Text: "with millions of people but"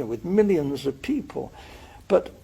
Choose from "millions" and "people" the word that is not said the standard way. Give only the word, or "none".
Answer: none